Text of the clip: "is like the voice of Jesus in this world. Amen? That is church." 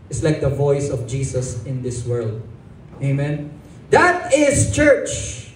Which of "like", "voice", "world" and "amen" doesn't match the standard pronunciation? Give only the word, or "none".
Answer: none